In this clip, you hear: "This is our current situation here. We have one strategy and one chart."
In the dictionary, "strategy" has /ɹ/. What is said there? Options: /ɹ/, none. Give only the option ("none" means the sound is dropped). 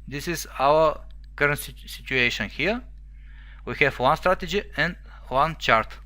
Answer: /ɹ/